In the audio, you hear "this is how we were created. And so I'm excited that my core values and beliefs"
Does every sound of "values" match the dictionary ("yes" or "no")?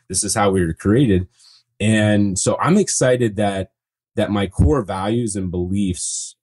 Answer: yes